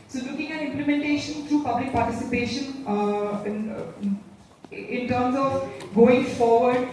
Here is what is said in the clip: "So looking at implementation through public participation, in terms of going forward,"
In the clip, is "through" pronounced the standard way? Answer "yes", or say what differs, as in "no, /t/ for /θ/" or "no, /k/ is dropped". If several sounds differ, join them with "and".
no, /t/ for /θ/